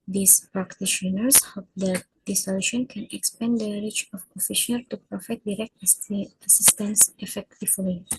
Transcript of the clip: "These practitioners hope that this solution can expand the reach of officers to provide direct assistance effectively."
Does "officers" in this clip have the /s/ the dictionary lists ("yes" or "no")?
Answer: no